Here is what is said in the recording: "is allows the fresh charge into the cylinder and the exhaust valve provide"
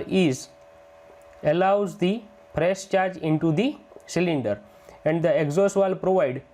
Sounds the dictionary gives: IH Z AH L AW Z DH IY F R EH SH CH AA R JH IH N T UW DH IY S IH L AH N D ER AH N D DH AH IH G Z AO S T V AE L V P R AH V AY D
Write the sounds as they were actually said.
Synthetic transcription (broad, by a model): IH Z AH L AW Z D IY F R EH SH CH AA R JH IH N T UW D IY S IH L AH N D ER AH N D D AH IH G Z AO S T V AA L P R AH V AY D